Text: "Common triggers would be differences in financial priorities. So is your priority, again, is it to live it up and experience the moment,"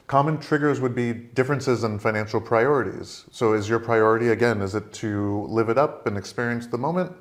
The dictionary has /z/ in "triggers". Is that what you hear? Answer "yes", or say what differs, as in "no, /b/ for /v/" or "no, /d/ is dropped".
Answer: yes